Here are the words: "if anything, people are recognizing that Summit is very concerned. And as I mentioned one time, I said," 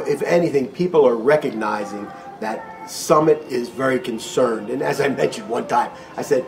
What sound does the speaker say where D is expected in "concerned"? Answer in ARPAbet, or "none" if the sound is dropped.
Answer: D